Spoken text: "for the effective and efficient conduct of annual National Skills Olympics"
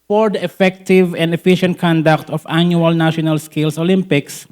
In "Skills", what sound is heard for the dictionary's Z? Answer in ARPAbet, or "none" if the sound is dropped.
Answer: S